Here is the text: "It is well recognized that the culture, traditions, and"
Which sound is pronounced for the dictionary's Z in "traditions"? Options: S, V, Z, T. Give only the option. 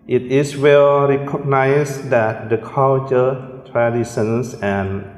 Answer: S